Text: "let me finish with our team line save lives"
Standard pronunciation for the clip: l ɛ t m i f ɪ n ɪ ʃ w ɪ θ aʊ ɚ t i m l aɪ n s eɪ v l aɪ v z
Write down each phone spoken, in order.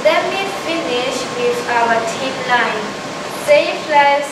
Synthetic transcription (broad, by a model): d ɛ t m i f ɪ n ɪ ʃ w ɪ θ aʊ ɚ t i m l aɪ n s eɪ f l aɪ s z